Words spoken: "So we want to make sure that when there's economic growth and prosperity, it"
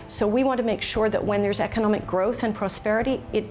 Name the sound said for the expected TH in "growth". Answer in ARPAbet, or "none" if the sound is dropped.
TH